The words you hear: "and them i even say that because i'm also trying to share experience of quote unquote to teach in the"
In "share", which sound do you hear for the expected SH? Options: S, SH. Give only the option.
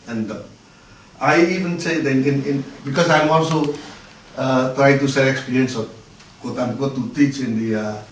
S